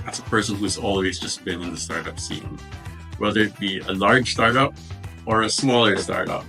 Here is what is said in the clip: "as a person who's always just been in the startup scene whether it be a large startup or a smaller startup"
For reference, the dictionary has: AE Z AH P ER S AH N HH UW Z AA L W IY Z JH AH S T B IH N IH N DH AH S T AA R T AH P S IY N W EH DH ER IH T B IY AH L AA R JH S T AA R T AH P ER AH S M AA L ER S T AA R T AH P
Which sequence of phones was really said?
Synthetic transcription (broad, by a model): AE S AH P ER S AH N HH UW Z AA L W IY Z JH AH S B IH N IH N DH AH S T AA R T AH P S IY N W EH DH ER IH T B IY AH L AA R JH S T AA R T AH P ER AH S M AA L ER S T AA R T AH P